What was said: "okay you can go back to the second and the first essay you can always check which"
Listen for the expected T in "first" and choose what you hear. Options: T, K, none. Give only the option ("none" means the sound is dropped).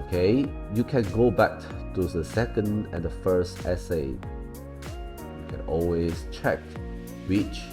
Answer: T